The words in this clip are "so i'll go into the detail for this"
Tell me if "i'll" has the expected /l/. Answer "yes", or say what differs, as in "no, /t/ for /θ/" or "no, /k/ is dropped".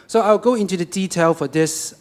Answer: no, /w/ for /l/